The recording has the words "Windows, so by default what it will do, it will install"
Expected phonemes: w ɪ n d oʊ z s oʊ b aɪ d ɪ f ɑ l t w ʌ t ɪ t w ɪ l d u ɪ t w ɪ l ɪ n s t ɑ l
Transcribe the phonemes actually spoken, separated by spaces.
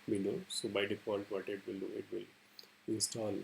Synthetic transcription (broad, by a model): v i n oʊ s oʊ b aɪ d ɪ p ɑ n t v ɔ t ɪ t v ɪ l d u ɪ t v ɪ l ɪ n s t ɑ l